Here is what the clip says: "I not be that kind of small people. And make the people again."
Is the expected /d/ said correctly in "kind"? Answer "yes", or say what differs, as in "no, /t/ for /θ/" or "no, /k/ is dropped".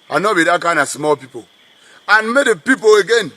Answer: no, /d/ is dropped